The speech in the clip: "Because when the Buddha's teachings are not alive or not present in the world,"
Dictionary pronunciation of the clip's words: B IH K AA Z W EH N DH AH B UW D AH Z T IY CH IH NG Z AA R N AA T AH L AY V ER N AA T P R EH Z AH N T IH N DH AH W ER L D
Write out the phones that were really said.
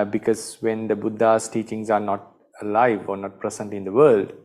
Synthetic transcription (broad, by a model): B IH K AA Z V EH N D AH B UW D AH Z T IY CH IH NG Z AA R N AA T AH L AY V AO N AA T P R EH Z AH N T IH N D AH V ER L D